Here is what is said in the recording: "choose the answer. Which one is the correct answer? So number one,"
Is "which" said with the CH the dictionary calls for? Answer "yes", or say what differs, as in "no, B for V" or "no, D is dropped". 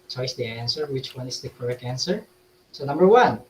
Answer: yes